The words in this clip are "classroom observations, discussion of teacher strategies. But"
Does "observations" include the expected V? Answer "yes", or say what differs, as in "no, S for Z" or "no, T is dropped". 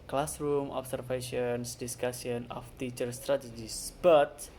no, F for V